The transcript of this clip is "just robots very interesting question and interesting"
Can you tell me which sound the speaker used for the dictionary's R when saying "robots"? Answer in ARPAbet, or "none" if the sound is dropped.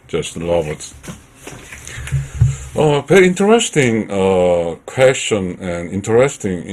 L